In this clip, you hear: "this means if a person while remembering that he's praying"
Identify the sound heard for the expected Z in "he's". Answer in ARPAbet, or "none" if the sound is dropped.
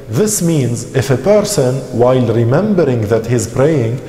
Z